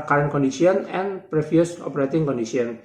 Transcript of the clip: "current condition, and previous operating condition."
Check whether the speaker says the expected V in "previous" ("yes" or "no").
no